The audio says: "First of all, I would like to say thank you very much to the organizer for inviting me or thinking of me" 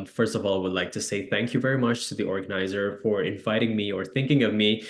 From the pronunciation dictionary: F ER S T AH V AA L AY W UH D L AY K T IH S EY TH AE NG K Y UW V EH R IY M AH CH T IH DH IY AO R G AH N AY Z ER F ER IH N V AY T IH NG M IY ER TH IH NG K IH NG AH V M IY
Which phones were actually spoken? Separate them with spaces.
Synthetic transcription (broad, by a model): F ER S T AH V AA L AY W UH D L AY K T IH S EY TH AE NG K Y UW V EH R IY M AH CH T IH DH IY AO R G AH N AY Z ER F ER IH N V AY T IH NG M IY ER TH IH NG K IH NG AH V M IY